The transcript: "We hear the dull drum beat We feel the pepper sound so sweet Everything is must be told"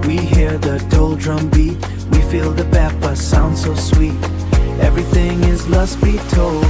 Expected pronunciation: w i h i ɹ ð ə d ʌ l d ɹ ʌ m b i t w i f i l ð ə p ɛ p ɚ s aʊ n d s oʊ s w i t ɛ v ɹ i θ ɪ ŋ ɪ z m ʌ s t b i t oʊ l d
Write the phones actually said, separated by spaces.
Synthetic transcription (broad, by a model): w i h i ɹ ð ə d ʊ l d ɹ ʌ m b i t w i f i l ð ə b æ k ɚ s aʊ n d s oʊ s w i t ɛ v ɹ i θ ɪ ŋ ɪ z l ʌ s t b i t oʊ l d